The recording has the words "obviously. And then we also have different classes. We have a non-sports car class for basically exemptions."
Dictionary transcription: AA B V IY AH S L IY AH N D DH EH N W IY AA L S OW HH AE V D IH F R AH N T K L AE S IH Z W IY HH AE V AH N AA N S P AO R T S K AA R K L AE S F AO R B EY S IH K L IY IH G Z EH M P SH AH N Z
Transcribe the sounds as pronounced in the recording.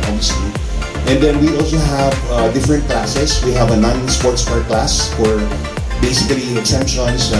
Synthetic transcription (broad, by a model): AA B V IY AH S L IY AH N D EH N W IY AA L S OW HH AE V D IH F R AH N T K L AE S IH S W IY HH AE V AH N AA N S P AO R T S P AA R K L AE S F AO R B EY S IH K L IY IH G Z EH M P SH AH N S